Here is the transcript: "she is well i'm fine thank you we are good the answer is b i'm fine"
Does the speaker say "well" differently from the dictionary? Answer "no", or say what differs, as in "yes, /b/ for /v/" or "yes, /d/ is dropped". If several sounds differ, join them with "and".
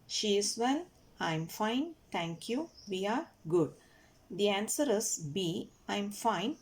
yes, /n/ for /l/